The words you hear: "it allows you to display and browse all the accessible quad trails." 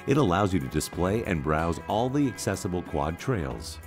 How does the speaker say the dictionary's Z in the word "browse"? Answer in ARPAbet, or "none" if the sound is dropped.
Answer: Z